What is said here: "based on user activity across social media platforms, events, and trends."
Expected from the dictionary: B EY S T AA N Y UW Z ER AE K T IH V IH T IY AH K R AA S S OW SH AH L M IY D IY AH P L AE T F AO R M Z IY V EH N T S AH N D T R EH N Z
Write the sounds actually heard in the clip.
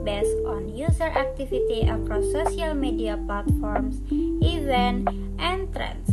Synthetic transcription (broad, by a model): B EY S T AA N Y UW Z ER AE K T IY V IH T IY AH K R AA S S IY AH L M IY D IY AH P L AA T F AO R M S IY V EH N T AH N T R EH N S